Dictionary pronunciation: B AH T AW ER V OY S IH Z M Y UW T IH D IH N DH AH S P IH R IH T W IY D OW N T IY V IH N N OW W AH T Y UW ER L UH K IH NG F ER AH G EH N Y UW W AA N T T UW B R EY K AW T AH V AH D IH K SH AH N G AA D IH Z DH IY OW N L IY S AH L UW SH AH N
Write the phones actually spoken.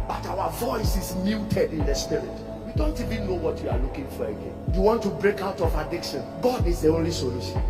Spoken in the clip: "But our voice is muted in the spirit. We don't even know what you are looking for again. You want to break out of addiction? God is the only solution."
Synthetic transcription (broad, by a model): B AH T AW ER V OY S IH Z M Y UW T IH D IH N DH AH S P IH R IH T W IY D OW N T IY V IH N N OW W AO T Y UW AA L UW K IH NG F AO AH G EH N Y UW W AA N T T UW B R EY K AW T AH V AH D IH K SH AH N G AA D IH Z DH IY OW N L IY S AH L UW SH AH N